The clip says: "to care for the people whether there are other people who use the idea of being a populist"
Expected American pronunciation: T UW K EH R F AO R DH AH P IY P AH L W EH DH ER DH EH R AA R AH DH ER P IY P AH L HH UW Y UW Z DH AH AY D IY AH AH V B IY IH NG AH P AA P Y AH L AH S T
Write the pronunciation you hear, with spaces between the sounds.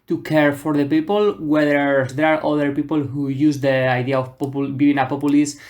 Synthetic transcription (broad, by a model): T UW K EH R F AO R DH AH P IY P AH L W EH DH ER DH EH R AA R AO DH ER P IY P AH L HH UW Y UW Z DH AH AY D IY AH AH P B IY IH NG AH P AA P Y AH L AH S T